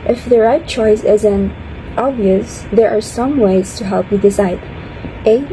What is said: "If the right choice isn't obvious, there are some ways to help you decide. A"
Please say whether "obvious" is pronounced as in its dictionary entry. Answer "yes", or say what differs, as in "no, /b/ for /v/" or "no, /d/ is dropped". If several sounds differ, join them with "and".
yes